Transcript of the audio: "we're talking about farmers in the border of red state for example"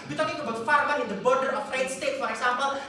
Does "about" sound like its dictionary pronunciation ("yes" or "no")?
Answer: yes